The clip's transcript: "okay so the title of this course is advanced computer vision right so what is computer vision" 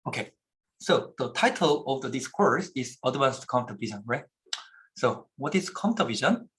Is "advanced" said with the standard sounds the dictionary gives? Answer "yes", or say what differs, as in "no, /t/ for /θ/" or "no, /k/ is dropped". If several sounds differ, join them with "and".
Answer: no, /w/ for /v/